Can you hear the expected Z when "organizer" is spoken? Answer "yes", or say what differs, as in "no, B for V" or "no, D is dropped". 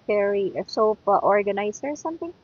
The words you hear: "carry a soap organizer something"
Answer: no, S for Z